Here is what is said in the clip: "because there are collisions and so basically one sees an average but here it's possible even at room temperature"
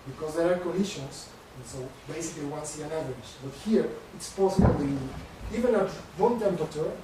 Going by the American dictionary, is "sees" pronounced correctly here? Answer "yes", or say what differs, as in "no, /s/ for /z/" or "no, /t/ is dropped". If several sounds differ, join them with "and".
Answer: no, /z/ is dropped